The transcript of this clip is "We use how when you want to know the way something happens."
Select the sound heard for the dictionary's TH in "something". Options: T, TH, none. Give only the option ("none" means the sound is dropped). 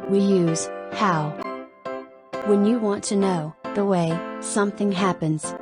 TH